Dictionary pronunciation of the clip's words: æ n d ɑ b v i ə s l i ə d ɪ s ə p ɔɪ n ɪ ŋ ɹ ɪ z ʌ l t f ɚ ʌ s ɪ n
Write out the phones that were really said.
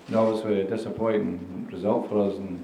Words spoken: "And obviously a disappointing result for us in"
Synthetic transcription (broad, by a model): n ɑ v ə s w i ə d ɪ s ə p ɔɪ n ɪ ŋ ɹ ɪ z ʌ l t f ɚ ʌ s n